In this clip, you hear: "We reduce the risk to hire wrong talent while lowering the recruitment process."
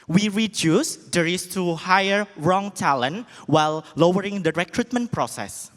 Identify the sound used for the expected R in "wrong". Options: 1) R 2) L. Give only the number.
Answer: 1